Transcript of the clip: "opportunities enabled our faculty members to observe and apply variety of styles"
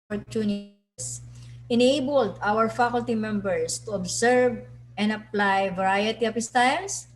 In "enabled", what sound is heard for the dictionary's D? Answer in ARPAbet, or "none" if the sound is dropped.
D